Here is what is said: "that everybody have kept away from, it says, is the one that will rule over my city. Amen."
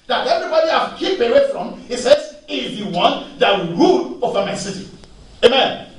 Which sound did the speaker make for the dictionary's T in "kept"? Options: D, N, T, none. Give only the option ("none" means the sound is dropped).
none